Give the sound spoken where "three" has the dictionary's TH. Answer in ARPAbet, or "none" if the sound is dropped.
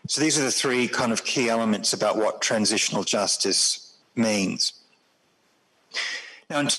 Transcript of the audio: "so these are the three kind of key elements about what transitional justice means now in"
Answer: TH